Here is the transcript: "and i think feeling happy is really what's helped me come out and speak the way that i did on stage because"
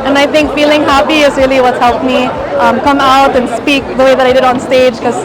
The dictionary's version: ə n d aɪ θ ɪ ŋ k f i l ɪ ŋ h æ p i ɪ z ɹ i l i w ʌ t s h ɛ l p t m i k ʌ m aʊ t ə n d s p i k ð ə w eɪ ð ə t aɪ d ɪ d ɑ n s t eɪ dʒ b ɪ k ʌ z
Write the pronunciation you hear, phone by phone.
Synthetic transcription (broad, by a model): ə n aɪ θ ɪ ŋ k f i l ɪ ŋ h æ p i ɪ z ɹ i l i w ʌ t s h ɛ l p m i k ʌ m aʊ t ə n s p i k ð ə w eɪ ð ə t aɪ d ɪ d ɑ n s t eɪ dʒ k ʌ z